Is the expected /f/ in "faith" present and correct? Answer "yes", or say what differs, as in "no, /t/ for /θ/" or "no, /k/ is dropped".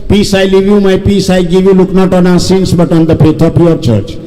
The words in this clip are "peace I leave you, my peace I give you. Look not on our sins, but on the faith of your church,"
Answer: no, /p/ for /f/